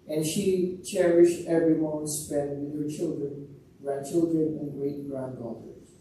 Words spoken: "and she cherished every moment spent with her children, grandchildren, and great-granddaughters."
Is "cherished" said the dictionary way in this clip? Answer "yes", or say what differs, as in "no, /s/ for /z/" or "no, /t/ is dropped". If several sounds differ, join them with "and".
yes